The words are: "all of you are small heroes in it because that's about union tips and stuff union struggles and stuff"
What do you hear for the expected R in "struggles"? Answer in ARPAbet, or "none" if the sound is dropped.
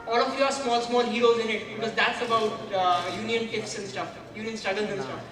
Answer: none